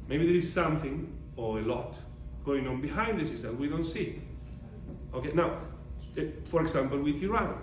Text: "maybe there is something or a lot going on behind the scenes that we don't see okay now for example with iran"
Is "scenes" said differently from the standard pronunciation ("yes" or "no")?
yes